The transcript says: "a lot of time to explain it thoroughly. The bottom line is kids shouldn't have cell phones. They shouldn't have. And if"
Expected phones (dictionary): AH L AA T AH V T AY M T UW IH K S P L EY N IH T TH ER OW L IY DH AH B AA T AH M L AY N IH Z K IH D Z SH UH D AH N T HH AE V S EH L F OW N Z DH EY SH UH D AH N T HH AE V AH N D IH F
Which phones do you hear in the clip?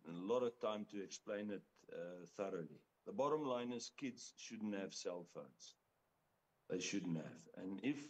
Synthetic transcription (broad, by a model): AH L AA T AH V T AY M T UW IH K S P L EY N IH T TH ER OW L IY DH AH B AA T AH M L AY N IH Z K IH D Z SH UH D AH N T HH AE V S EH L F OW N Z DH EY SH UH D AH N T HH AE V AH N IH F